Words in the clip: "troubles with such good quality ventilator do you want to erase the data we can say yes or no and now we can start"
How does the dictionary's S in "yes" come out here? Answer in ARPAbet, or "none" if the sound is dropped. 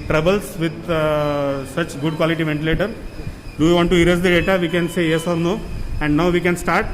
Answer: S